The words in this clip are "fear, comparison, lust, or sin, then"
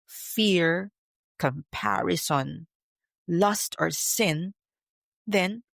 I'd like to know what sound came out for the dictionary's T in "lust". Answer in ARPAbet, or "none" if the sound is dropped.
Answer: T